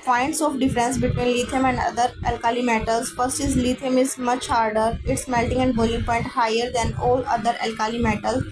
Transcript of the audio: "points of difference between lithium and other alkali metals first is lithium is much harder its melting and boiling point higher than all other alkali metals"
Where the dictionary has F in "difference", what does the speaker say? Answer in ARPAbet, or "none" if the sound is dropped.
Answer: F